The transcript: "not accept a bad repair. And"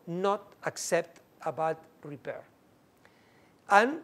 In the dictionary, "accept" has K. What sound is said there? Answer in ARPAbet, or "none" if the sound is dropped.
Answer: K